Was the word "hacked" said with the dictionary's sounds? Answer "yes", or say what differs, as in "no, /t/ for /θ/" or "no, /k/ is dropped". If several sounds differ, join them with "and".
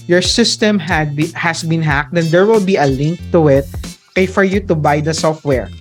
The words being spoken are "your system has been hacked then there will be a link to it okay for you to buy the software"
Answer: yes